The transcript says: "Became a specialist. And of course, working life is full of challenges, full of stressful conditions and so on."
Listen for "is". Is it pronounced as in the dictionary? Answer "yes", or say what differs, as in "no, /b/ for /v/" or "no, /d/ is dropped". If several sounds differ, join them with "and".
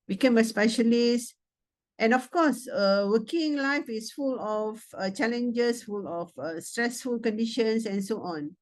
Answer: no, /s/ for /z/